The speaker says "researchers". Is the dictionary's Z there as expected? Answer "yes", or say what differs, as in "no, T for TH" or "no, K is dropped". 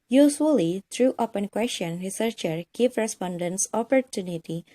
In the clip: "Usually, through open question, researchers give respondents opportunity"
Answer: no, Z is dropped